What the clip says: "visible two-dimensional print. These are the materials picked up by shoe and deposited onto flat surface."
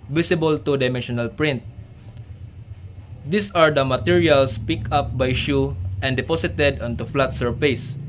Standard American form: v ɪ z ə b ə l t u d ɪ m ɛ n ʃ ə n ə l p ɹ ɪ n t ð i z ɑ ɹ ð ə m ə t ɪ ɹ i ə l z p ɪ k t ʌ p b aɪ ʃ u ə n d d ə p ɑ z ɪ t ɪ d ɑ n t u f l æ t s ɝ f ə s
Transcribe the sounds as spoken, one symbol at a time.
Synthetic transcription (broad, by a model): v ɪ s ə b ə l t u d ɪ m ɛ n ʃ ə n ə l p ɹ ɪ n t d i s ɑ ɹ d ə m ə t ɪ ɹ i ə l s p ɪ k ʌ p b aɪ ʃ u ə n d d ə p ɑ s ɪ t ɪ d ɑ n t u f l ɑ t s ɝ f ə s